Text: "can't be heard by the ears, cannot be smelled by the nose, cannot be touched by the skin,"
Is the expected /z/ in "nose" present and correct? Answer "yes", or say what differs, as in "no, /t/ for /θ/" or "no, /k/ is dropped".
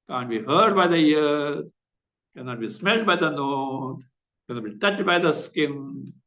no, /z/ is dropped